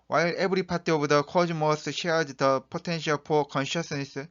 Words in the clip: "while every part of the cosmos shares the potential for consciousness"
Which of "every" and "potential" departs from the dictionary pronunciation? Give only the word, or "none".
every